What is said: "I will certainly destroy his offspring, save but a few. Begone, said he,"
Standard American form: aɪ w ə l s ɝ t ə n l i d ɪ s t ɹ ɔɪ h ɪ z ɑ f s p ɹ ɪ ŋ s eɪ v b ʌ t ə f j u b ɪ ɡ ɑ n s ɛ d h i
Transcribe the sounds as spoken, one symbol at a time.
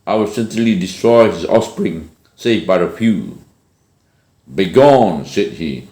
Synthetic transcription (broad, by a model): aɪ w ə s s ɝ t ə l i d ɪ s t ɹ ɔɪ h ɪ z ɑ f s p ɹ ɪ ŋ s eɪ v b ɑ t ə f j u b ɪ ɡ ɑ n s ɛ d h i